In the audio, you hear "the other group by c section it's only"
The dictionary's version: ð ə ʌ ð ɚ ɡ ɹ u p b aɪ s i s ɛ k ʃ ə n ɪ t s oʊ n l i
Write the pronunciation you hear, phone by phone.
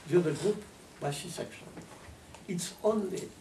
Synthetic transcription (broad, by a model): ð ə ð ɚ ɡ ɹ u p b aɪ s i s ɛ k ʃ ə n ɪ t s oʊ n l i